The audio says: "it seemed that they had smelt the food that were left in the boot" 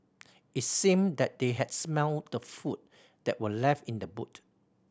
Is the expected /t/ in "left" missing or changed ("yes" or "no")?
no